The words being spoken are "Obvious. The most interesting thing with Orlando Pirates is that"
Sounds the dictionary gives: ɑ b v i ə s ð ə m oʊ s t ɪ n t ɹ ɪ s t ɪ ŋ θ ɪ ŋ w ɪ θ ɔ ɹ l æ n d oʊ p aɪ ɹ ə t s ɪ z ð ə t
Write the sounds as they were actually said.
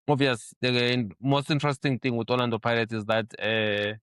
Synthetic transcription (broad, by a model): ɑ v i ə s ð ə m oʊ s t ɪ n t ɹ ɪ s t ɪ ŋ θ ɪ ŋ w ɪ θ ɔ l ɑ n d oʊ p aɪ l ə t ɪ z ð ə t